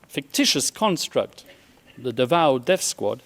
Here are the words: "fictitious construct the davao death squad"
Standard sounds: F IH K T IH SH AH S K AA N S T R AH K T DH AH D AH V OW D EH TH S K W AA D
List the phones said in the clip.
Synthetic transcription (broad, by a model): F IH K T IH SH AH S K AA N S T R AH K T DH AH D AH V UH D EH F S K W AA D